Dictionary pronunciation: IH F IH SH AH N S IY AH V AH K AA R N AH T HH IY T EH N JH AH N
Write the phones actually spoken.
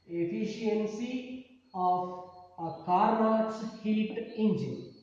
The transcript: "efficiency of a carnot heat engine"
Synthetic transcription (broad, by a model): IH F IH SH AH N S IY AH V AH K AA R AH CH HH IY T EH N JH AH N